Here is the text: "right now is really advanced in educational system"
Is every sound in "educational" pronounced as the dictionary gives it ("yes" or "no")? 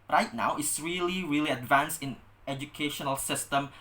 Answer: yes